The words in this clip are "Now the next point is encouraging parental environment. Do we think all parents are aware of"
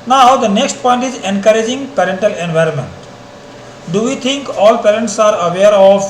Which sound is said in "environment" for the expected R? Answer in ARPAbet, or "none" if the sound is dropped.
R